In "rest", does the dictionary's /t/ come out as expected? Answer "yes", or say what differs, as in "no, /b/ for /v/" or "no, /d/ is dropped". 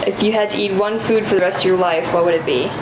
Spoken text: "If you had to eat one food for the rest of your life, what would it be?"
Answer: yes